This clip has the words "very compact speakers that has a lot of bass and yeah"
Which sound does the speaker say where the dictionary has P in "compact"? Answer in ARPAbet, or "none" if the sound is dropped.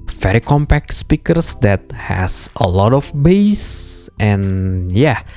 P